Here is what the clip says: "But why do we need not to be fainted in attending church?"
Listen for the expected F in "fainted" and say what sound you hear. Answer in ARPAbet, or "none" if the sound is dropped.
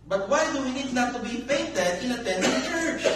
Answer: P